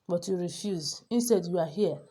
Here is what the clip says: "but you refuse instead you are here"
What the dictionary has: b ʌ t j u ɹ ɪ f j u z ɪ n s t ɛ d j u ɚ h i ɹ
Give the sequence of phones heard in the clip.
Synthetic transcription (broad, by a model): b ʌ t j u ɹ ɪ f j u z ɪ n s t ɛ d j u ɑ h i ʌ